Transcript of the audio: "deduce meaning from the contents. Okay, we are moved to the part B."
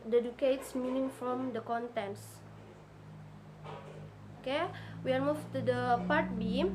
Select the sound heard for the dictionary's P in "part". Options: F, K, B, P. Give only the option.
P